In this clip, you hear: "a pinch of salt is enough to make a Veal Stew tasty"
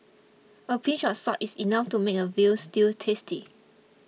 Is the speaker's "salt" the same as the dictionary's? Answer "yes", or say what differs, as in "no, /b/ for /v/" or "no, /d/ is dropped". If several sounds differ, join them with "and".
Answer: no, /l/ is dropped